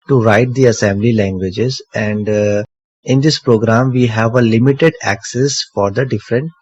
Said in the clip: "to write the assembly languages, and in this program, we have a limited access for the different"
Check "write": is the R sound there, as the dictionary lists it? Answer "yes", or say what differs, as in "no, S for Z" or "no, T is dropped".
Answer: yes